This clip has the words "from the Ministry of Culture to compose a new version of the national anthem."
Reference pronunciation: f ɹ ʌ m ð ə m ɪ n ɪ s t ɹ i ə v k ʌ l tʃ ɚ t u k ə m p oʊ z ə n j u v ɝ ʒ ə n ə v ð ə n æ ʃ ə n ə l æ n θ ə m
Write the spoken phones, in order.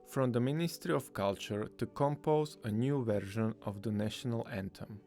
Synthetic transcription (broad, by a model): f ɹ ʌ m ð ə m ɪ n ɪ s t ɹ i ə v k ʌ l tʃ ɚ t u k ə m p oʊ z ə n j u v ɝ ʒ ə n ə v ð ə n æ ʃ ə n ə l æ n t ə m